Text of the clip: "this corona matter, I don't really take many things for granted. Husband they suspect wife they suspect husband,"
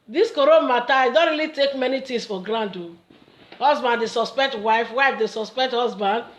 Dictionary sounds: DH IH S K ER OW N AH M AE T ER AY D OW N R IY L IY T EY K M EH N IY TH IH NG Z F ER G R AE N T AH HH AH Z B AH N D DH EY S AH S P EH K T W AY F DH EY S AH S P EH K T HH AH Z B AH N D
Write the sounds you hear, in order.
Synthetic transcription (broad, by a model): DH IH S K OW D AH M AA T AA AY D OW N R IY L IY T EY K M EH N IY T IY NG S F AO G R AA N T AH HH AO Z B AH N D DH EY S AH S P EH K T W AY F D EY S AH S P EH K T HH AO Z B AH N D